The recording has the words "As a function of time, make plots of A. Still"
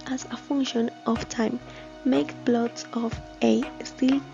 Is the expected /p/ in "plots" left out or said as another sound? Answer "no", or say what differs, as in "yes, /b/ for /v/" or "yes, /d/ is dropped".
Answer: yes, /b/ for /p/